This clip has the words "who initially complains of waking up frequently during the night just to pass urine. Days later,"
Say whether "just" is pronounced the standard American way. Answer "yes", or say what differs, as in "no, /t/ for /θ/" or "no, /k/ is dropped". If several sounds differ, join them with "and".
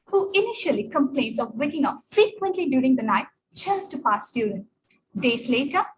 no, /tʃ/ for /dʒ/